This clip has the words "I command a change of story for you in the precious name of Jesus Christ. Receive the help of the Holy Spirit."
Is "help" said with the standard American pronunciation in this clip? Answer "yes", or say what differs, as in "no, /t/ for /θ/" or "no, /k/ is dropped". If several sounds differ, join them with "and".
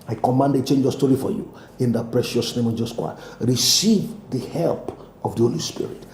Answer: yes